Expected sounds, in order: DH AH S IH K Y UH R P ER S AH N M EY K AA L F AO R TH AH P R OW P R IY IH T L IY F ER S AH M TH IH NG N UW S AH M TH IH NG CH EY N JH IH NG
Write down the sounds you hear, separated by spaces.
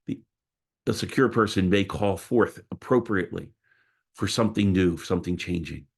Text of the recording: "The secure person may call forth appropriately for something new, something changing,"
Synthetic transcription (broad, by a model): DH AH S IH K Y UH R P ER S AH N M EY K AA L F AO R TH AH P R OW P R IY IH T L IY F ER S AH M TH IH NG N UW S AH M TH IH NG CH EY N JH IH NG